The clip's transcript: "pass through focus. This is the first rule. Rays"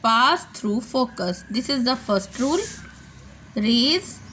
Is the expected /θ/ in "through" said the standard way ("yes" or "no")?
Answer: no